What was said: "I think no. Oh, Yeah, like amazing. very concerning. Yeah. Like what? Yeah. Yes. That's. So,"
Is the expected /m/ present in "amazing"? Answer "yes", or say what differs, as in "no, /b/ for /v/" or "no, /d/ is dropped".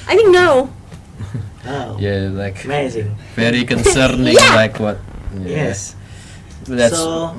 no, /m/ is dropped